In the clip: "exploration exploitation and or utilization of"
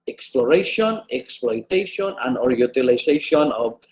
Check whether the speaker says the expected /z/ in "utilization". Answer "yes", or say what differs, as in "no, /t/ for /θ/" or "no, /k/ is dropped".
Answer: no, /s/ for /z/